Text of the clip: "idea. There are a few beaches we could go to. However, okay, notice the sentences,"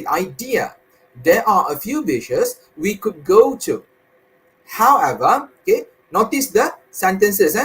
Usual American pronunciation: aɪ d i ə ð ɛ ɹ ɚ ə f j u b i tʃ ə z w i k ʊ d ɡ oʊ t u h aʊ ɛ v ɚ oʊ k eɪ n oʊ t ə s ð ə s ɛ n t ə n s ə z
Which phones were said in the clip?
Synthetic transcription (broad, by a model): aɪ d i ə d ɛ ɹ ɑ ə f j u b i ʃ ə s w i k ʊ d ɡ oʊ t u h aʊ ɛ v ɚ oʊ k eɪ n oʊ t ə s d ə s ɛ n t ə n s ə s